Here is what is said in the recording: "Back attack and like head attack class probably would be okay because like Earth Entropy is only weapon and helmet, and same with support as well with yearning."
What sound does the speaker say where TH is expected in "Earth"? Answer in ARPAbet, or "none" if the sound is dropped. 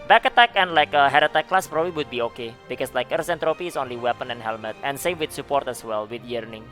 S